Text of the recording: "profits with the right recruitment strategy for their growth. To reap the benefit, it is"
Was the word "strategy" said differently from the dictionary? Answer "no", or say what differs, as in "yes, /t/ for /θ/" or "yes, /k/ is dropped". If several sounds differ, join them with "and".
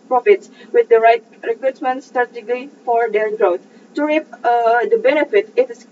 yes, /ɹ/ is dropped